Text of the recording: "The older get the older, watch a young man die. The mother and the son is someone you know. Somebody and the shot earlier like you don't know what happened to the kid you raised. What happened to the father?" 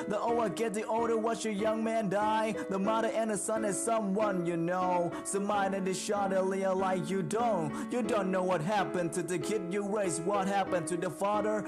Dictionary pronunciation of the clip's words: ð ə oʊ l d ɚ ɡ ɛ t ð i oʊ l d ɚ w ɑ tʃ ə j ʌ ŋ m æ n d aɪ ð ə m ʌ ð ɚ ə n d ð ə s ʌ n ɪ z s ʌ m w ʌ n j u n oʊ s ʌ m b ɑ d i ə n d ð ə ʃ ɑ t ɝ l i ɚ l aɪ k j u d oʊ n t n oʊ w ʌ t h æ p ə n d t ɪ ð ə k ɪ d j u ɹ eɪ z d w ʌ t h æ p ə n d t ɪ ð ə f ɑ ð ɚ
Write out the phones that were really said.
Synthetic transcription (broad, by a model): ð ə oʊ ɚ ɡ ɛ t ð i oʊ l d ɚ w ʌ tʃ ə j ʌ ŋ m æ n d aɪ ð ə m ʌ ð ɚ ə n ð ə s ʌ n ɪ z s ʌ m w ʌ n j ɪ n oʊ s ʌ m ɑ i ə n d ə ʃ ɑ t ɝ l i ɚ l aɪ k j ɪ d oʊ n t n oʊ w ʌ t h æ p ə n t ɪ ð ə k ɪ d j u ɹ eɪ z w ʌ t h æ p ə n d t ɪ ð ə f ɑ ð ɚ